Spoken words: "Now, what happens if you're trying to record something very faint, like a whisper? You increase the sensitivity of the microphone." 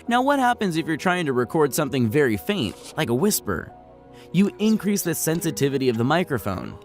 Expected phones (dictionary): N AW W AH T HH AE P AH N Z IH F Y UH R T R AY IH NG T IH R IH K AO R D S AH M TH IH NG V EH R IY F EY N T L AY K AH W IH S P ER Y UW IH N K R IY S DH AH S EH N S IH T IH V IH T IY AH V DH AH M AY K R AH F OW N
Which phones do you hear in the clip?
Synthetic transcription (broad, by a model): N AW W AH T HH AE P AH N Z IH F Y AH R T R AY IH NG T IH R IH K AO R D S AH M TH IH NG V EH R IY F EY N T L AY K AH W IH S P ER Y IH IH N K R IY S DH AH S EH N S IH T IH V IH T IY AH V DH AH M AY K R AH F OW N